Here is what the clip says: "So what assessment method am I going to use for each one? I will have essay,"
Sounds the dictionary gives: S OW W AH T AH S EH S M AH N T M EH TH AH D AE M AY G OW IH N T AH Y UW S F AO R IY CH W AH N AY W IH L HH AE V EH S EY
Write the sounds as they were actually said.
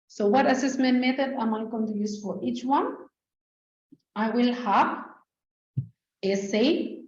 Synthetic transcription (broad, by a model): S OW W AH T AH S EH S M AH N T M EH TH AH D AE M AY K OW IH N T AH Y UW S F AO R IY CH W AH N AY W IH L HH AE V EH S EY